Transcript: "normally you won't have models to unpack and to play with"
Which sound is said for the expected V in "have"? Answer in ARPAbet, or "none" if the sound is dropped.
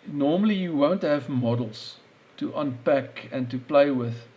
V